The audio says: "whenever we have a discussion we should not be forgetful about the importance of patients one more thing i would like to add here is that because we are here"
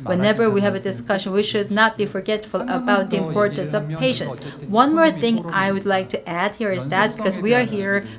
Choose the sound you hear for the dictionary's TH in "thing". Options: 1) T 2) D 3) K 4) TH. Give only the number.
4